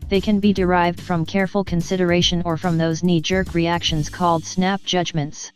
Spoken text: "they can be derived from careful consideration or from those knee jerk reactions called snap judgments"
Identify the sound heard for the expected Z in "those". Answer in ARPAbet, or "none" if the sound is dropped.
Z